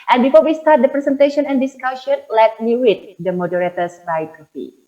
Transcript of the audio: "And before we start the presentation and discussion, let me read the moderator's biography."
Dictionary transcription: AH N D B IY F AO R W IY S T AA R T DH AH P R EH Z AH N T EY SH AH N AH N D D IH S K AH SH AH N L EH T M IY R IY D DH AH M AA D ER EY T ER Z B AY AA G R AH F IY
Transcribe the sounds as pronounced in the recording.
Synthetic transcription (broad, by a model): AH N B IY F AO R W IY S T AA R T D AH P R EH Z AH N T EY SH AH N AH N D D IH S K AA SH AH N L EH T M IY W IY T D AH M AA D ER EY T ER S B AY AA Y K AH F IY